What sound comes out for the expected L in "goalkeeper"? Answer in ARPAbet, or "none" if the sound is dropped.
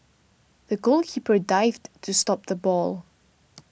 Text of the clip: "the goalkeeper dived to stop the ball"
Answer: L